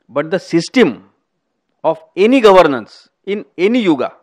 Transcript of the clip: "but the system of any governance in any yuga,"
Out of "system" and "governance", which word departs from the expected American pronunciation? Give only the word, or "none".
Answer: none